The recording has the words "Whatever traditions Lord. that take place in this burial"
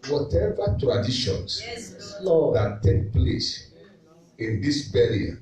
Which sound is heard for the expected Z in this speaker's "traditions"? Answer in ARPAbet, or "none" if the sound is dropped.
S